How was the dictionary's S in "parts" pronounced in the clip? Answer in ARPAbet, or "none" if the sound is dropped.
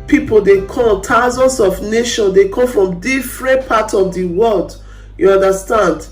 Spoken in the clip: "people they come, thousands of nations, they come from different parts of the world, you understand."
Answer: none